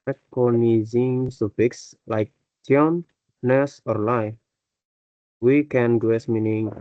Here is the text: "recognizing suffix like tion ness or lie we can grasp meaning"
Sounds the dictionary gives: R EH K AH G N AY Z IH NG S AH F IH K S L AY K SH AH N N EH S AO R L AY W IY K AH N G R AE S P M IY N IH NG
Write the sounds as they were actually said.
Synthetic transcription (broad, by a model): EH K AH N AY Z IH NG S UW P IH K S L AY K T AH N N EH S AO R L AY W IY K AH N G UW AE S M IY N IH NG